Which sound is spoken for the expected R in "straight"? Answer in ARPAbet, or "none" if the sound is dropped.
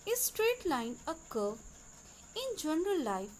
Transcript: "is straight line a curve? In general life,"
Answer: R